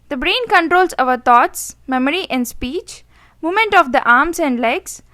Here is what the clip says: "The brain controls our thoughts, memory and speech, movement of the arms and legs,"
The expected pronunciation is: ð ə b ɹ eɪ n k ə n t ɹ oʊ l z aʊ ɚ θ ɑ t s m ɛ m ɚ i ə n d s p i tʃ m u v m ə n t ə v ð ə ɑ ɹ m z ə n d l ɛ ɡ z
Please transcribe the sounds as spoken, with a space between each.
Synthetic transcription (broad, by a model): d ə b ɹ eɪ n k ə n t ɹ oʊ l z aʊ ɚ t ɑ t s m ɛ m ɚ i ə n d s p i tʃ m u m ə n t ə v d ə ɑ ɹ m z ə n d l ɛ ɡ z